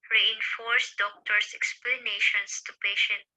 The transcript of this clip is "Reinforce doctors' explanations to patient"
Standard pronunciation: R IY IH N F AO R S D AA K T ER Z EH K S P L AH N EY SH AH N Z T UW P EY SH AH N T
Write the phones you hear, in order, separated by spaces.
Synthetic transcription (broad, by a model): R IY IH N F AO R S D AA K T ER S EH K S P L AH N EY SH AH N S T UW P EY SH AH N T